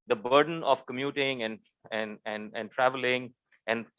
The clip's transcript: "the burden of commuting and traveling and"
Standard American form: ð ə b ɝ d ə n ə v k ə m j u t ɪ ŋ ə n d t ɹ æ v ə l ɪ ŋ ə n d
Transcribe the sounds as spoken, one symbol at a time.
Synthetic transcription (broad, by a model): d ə b ɝ d ə n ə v k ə m j u t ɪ ŋ ə n d t ɹ æ v ə l ɪ ŋ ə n d